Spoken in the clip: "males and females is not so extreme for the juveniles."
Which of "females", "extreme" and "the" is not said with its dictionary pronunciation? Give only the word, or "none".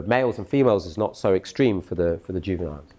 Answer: none